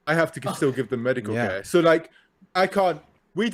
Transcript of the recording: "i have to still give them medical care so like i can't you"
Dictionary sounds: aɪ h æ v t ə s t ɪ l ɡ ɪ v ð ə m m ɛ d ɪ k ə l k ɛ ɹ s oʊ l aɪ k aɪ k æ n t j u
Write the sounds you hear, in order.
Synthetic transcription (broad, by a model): aɪ h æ f t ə s t ɪ l ɡ ɪ v ð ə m m ɛ d ɪ k ə l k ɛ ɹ s oʊ l aɪ k aɪ k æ n t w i